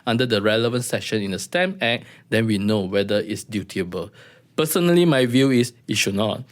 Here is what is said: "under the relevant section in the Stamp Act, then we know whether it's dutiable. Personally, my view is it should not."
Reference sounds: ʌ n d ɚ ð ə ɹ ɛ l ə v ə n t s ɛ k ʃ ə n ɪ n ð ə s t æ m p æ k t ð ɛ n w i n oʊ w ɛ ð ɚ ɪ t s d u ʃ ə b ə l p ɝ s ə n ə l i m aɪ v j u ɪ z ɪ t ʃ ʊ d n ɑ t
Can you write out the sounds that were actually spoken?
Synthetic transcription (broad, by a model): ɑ n d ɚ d ə ɹ ɛ l ə v ə n t s ɛ k ʃ ə n ɪ n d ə s t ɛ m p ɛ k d ɛ n w i n oʊ w ɛ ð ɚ ɪ t s d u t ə b ə l p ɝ s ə n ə l i m aɪ v j u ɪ s ɪ t ʃ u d n ɑ t